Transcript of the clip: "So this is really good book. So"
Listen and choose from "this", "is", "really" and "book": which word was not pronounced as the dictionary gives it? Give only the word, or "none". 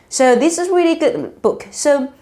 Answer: none